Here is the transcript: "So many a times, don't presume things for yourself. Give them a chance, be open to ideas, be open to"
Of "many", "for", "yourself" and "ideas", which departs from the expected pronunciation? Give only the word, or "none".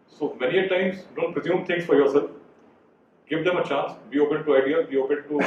ideas